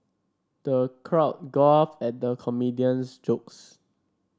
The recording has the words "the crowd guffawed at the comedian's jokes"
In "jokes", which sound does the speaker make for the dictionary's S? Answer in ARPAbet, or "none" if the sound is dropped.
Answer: S